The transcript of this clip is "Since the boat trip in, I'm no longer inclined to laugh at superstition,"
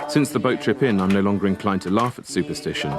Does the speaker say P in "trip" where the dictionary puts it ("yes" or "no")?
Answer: yes